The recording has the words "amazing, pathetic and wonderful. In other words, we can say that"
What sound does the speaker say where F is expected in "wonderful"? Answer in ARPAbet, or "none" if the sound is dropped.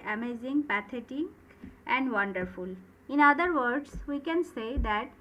F